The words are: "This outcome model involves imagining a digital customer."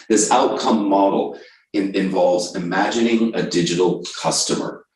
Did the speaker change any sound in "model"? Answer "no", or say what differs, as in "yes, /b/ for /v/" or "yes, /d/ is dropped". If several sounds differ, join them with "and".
yes, /n/ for /l/